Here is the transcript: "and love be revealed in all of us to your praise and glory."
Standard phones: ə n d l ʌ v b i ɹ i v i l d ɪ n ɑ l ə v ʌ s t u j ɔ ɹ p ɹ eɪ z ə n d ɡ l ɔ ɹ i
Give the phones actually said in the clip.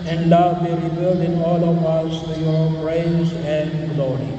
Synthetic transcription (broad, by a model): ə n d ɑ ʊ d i ɹ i b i l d ɪ n ɑ l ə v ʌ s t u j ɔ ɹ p ɹ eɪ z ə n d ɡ l ɔ ɹ i